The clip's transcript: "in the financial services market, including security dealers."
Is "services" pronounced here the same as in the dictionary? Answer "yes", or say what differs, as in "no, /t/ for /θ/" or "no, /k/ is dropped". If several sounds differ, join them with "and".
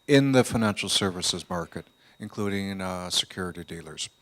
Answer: yes